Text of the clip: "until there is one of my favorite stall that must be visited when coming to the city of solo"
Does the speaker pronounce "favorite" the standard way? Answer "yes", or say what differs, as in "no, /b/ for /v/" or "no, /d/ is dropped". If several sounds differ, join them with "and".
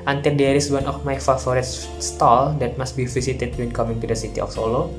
no, /f/ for /v/